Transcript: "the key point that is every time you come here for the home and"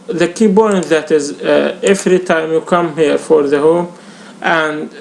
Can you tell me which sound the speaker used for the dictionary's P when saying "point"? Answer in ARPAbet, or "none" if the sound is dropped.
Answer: B